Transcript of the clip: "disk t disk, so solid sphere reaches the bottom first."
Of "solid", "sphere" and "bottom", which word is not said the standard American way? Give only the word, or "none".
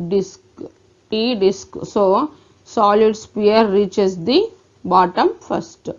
sphere